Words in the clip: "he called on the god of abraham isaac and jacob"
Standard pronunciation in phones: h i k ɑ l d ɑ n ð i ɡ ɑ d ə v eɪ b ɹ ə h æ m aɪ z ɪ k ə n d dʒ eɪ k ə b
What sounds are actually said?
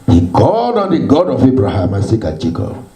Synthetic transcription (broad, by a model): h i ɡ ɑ d ɑ n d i ɡ ɑ d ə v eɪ b ɹ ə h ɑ m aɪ s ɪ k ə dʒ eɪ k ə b